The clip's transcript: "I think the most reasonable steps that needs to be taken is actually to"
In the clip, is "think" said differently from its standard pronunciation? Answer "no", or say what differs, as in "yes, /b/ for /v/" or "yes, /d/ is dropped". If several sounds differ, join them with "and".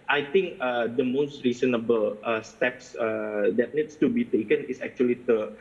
yes, /t/ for /θ/